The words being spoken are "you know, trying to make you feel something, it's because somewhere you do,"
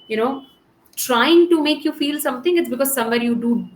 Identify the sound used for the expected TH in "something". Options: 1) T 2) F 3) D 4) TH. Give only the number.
1